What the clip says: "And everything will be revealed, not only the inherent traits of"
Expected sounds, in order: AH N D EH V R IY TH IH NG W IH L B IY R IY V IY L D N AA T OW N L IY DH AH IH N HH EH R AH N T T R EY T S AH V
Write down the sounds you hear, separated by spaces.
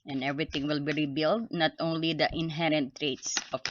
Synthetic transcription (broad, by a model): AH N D EH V R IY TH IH NG W IH L B IY R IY B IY L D N AA T OW N L IY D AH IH N HH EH R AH N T T R EY T S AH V